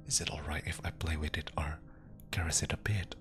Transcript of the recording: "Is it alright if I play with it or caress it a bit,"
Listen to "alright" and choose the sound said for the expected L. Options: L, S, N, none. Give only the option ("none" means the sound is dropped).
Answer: L